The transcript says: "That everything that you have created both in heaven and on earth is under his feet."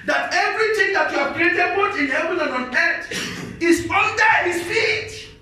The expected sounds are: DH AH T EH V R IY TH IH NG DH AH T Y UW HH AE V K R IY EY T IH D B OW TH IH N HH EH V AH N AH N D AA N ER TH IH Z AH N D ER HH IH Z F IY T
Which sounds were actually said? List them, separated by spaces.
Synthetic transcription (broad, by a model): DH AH T EH V R IY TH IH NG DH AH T Y UW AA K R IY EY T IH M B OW T IH N HH EH V AH N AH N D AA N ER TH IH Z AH N D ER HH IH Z F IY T